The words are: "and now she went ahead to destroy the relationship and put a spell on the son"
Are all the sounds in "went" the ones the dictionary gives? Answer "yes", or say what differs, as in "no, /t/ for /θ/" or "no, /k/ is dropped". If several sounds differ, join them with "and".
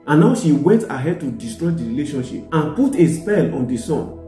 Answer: yes